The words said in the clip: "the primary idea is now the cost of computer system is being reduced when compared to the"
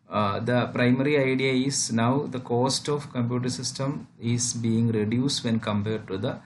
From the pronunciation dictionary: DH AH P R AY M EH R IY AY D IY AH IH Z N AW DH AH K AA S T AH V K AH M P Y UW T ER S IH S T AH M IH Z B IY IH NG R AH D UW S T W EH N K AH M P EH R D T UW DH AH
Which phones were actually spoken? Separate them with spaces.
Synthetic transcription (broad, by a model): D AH P R AY M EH R IY AY D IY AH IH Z N AW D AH K AA S T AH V K AH M P Y UW T ER S IH S T AH M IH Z B IY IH NG R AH D UW S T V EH N K AH M P EH R D T UW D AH